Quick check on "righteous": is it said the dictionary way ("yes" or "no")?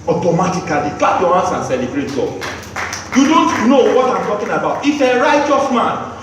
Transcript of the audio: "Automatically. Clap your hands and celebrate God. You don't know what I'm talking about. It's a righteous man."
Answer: yes